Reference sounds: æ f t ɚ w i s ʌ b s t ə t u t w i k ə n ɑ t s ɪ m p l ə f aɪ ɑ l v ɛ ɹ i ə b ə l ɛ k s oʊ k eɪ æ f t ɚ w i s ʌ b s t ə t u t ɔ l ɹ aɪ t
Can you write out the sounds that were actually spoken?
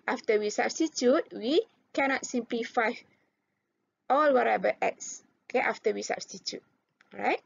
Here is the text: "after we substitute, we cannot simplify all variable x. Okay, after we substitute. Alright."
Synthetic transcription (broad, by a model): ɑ f t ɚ w i s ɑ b s t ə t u t w i k ə n ɑ t s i m p l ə f aɪ ɑ l w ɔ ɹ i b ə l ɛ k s oʊ k eɪ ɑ f t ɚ w i s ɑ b s t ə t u t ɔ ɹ aɪ t